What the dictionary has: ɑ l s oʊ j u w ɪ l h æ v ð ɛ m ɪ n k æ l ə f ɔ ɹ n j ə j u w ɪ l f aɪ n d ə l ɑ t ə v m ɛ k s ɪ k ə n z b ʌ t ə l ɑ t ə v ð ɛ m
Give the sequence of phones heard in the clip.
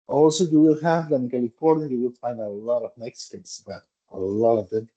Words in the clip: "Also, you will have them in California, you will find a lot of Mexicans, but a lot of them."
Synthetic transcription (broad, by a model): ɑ l s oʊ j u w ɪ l h æ v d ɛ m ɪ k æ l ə p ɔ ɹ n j j u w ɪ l f aɪ n d ə l ɑ t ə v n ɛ k s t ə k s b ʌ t ə l ɑ t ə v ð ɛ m